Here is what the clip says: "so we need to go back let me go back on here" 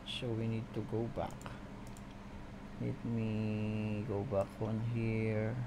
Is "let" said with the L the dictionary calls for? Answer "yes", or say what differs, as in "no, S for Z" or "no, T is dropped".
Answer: no, N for L